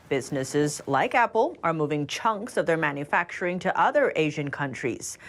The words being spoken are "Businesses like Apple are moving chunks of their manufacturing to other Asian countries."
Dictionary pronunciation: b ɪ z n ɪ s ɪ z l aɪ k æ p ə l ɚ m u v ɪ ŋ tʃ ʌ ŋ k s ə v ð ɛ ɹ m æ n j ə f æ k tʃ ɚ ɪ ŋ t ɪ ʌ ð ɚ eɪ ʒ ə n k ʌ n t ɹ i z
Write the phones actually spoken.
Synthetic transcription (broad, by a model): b ɪ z n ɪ s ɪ z l aɪ k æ p l ɚ m u v ɪ ŋ tʃ ʌ ŋ k s ə v ð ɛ ɹ m æ n j ə f æ k tʃ ɚ ɪ ŋ t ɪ ʌ ð ɚ eɪ ʒ ə n k ʌ n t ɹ i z